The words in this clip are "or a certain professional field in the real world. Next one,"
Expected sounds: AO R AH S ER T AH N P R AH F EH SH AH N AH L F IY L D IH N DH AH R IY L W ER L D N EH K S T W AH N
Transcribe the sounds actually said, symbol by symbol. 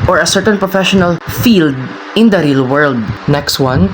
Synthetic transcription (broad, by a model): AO R AH S ER T AH N P R AH F EH SH AH N AH L F IY L D IH N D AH R IY L W ER L D N EH K S T W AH N